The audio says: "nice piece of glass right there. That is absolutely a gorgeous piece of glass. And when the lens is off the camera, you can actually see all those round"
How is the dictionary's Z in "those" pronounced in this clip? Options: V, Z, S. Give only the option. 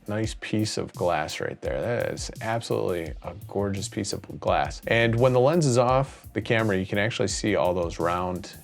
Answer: Z